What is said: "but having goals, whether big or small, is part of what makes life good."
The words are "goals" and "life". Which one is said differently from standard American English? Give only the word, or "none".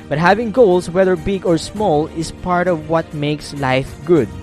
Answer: goals